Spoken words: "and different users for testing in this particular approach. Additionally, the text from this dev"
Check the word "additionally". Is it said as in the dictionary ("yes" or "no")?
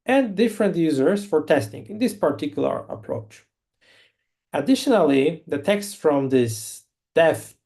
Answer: yes